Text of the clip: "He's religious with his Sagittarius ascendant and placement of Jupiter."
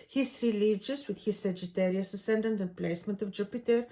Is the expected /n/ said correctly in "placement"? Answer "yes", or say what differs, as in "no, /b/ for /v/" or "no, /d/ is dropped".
yes